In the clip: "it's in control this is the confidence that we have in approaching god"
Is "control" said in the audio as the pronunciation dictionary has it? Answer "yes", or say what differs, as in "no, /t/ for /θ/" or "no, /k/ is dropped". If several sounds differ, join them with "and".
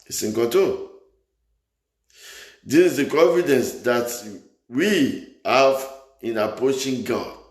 no, /n/ is dropped and /ɹ/ is dropped